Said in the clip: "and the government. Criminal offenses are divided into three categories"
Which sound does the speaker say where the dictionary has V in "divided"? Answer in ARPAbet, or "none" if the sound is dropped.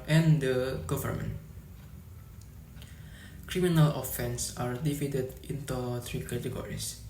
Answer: F